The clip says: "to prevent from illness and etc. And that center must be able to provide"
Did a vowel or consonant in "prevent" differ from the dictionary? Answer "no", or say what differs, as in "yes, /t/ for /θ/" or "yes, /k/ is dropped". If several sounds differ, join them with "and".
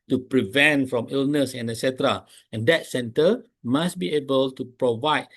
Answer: no